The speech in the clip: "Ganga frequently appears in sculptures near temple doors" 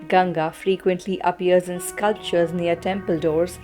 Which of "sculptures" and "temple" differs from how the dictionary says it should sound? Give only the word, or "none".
none